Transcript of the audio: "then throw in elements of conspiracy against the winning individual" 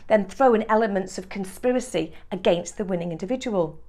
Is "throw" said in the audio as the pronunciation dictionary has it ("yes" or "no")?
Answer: yes